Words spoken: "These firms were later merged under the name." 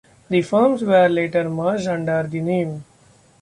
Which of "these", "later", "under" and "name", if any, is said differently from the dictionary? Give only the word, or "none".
these